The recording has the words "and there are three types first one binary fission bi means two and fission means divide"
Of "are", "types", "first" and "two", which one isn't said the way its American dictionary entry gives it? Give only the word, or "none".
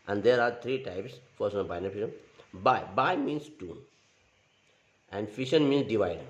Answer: first